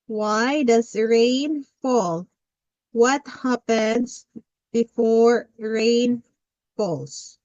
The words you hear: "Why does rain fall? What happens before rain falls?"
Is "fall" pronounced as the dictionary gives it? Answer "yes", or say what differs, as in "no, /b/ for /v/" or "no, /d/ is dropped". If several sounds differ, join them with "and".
yes